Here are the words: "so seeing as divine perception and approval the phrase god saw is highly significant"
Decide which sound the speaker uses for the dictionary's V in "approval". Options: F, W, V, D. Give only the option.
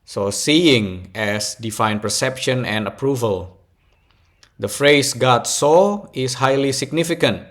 V